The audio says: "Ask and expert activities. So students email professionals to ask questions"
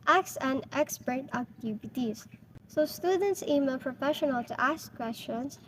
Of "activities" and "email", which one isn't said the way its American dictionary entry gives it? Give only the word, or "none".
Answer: activities